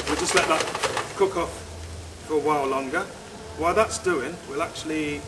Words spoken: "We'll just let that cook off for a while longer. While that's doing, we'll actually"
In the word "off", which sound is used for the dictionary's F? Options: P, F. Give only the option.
F